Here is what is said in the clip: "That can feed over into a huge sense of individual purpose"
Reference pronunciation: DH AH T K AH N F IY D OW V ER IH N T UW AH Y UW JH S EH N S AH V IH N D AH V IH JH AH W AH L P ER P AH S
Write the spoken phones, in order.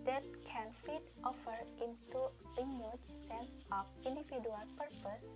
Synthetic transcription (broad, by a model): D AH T K AH N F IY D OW F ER IH N T UW AH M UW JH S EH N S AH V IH N D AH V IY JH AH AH L P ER P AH S